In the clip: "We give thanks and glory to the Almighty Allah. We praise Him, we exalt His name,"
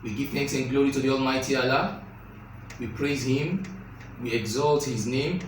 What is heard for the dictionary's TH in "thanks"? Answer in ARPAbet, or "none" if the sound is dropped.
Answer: TH